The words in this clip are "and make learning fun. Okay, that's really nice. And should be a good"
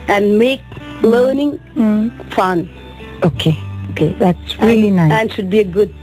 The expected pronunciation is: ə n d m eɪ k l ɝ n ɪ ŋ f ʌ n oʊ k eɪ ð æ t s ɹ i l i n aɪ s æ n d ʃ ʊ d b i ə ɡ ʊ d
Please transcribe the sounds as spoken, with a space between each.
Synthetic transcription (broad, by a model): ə n m eɪ k l ɝ n ɪ ŋ f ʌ n oʊ k eɪ ð æ t s ɹ i l i n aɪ æ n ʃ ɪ d b i ə ɡ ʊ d